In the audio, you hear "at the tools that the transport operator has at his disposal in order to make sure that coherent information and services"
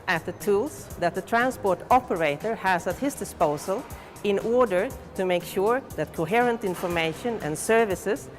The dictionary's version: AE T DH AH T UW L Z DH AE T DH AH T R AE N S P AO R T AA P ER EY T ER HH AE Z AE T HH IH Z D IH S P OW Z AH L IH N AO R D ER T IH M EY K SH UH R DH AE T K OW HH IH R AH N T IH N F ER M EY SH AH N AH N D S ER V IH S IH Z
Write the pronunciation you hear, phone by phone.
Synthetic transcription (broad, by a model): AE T DH AH T UW L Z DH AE T DH AH T R AE N S P AO R T AA P ER EY T ER HH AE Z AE T HH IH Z D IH S P OW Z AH L IH N AO R D ER T IH M EY K SH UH R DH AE T K OW HH IH R AH N T IH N F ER M EY SH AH N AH N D S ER V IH S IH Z